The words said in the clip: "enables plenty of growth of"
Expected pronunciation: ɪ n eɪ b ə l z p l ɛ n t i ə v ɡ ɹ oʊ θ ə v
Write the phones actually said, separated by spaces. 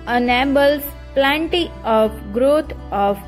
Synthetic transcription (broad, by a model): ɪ n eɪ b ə l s p l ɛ n t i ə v ɡ ɹ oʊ t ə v